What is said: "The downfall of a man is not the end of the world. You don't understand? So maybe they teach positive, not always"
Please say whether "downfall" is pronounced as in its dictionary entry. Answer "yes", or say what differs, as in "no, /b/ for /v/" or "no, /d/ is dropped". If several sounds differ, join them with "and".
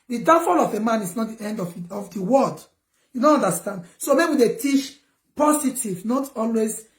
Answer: no, /n/ is dropped